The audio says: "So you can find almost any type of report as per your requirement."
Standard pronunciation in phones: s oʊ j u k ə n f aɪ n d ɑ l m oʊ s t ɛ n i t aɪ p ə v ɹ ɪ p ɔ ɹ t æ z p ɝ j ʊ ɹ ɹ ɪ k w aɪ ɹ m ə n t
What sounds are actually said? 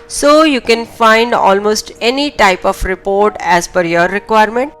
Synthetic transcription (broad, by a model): s oʊ j u k ə n f aɪ n d ɑ l m oʊ s t ɛ n i t aɪ p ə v ɹ ɪ p ɔ ɹ t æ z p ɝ j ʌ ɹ ɹ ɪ k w aɪ ɹ m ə n t